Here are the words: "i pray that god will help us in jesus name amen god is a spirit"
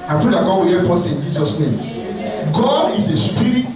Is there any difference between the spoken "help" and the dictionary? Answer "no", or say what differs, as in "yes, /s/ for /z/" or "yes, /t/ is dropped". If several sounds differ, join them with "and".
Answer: yes, /l/ is dropped